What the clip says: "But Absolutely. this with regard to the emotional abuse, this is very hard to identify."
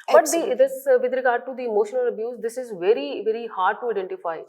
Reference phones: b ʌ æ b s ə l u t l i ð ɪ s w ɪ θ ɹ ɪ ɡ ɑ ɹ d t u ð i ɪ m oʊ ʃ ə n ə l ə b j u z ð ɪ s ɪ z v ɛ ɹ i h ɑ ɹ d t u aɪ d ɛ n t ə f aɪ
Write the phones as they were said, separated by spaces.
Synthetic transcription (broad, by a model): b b ə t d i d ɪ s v ɪ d ɹ ɪ ɡ ɑ ɹ d t u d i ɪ m oʊ ʃ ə n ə l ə b j u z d ɪ s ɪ z v ɛ ɹ i h ɑ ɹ d t u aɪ d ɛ n t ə f aɪ